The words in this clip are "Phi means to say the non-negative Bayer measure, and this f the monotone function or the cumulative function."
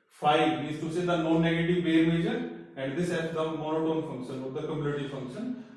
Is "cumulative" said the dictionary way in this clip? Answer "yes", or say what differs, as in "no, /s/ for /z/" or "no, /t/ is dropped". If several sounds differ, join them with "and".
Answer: no, /n/ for /l/